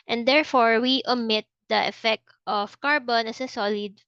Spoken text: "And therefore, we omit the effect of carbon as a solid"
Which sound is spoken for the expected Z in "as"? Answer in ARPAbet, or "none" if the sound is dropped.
S